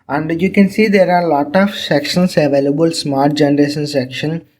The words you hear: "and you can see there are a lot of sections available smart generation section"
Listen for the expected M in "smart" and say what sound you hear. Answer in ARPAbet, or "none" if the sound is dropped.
M